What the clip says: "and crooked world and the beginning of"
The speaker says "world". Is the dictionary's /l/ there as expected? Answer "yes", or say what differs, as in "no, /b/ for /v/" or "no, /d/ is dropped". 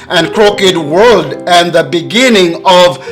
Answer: yes